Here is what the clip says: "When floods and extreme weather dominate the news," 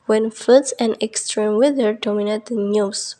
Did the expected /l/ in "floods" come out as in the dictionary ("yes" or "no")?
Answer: no